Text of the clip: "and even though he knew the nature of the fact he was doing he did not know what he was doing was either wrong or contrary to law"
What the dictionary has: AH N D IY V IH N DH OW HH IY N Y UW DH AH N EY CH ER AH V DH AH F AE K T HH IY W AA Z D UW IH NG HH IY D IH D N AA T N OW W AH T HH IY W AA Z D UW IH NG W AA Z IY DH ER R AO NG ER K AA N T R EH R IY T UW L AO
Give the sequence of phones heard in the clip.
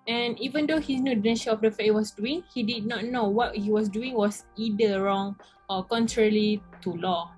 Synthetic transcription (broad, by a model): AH N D IY V IH N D OW HH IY N Y UW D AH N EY SH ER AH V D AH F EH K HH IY W AA S D UW IH NG HH IY D IH D N AA T N OW W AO T HH IY W AA S D UW IH NG W AA S IY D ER R AO NG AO K AA N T R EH R IY T UW L AO